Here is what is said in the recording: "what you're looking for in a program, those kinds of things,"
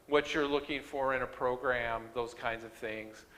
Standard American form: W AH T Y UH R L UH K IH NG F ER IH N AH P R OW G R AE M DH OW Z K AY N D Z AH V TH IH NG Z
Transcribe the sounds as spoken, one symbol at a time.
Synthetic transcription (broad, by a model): W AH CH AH R L UH K IH NG F ER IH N AH P R OW G R AE M DH OW Z K AY N D Z AH V TH IH NG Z